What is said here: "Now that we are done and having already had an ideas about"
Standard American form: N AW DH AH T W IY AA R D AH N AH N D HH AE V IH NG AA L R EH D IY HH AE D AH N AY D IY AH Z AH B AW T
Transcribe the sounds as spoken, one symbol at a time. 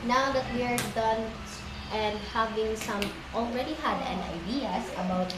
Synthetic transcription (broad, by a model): N AW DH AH T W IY R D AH N AH N D HH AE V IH NG AA L R EH D IY HH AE D AH N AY D IY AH S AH B AW T